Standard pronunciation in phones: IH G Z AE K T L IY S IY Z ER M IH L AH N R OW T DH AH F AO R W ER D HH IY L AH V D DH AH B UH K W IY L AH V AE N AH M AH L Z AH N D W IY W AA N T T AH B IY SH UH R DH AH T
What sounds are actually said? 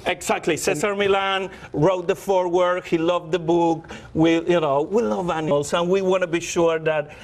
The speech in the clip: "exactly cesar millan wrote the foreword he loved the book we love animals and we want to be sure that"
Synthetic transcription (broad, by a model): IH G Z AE K T L IY S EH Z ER M IH L AH N R OW T DH AH F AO R W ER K HH IY L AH V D DH AH B UH K W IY N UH W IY L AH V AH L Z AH N W IY W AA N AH B IY SH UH R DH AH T